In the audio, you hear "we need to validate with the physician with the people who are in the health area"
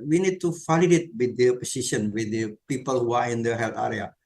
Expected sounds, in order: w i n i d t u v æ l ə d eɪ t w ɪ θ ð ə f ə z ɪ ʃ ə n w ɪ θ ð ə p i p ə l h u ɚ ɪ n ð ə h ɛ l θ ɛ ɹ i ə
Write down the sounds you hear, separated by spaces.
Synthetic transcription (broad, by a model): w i n i d t u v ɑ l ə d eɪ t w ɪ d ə p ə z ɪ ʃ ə n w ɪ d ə p i p ə l h u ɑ ɪ n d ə h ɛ l t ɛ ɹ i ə